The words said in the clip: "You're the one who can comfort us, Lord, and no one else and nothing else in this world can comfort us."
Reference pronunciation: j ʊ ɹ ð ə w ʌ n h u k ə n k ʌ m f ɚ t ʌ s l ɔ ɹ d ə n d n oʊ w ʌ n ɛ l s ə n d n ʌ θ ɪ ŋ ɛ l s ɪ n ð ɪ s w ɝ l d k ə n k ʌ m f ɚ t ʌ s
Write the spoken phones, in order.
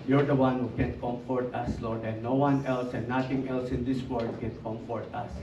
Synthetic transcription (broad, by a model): j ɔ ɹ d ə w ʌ n h u k ə n k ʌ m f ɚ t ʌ s l ɔ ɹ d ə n n oʊ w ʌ n ɛ l s ə n d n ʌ t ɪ ŋ ɛ l s ɪ n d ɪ s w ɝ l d k ə n k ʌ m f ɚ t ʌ s